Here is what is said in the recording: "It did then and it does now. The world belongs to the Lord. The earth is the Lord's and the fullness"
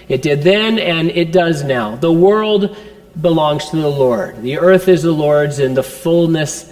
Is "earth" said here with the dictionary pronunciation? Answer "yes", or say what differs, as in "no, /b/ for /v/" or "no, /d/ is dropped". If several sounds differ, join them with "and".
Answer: yes